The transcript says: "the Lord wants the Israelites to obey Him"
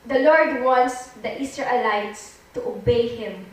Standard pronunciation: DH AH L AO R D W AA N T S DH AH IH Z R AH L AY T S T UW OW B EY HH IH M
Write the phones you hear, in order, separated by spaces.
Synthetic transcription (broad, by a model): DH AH L AO R D W AA N T S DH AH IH S R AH L AY T S T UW OW B EY HH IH M